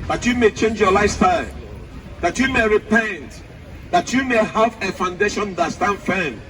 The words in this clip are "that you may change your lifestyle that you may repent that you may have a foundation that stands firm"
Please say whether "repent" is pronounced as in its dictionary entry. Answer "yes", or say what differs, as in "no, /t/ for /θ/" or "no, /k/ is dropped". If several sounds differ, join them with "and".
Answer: yes